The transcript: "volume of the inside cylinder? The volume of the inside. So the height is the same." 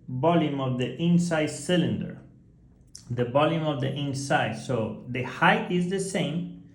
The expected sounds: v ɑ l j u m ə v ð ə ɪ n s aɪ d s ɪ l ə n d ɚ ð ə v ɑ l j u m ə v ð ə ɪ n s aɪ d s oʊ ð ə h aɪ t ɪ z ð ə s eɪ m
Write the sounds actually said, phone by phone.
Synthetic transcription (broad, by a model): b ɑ l j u m ə v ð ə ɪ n s aɪ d s ɪ l ə n d ɚ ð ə b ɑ l j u m ə v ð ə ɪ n s aɪ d s oʊ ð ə h aɪ t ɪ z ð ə s eɪ m